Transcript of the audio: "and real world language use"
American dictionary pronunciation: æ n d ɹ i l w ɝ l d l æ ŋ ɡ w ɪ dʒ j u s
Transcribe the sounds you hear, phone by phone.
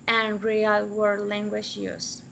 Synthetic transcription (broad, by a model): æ n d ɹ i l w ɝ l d l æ ŋ ɡ w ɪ ʃ j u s